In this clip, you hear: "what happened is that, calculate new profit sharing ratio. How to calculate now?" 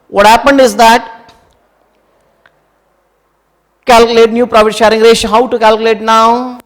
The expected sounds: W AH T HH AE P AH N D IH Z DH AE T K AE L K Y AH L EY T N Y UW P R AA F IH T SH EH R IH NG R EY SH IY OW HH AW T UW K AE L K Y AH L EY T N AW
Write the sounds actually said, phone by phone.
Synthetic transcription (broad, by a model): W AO T HH AE P AH N D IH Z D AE T K AE L K Y AH L EY T N Y UW P R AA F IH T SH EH R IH NG R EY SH HH AW T UW K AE L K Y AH L EY T N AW